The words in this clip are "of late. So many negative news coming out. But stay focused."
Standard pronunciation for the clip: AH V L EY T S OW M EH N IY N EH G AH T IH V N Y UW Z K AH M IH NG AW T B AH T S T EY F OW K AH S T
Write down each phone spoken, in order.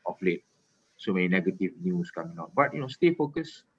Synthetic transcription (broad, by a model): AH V L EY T S OW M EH IY N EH G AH T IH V N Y UW S K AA M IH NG AW T B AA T S T EY F OW K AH S